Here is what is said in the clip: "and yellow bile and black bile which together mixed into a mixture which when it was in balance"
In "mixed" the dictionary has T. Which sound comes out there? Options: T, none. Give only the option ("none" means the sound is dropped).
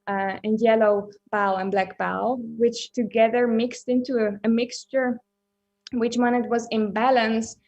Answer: T